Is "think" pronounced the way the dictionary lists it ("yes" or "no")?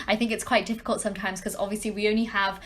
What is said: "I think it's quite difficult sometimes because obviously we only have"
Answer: yes